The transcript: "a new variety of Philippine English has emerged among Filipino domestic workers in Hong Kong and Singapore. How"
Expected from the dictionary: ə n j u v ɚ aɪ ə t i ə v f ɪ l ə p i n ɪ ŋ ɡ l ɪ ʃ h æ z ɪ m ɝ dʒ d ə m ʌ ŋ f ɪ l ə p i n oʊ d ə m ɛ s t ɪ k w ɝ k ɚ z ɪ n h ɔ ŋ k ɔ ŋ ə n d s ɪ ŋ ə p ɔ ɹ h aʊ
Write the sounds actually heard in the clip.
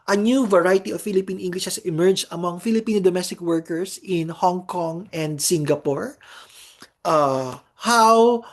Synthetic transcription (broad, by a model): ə n j u v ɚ aɪ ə t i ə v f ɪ l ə p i n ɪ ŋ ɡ l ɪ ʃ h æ s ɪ m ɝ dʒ ə m ʌ ŋ f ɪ l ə p i n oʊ d ə m ɛ s t ɪ k w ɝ k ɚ s ɪ n h ɔ ŋ k ɔ ŋ ə n d s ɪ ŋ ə p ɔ ɹ h aʊ